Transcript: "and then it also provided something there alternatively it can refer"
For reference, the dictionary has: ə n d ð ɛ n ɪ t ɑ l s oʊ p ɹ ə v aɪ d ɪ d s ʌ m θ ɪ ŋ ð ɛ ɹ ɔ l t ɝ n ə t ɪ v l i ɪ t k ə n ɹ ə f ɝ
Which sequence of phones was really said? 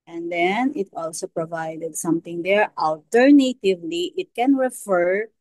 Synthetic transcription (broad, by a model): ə n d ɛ n ɪ t ɑ l s oʊ p ɹ ə v aɪ d ɪ d s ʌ m t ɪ ŋ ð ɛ ɹ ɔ l t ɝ n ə t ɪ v l i ɪ t k ə n ɹ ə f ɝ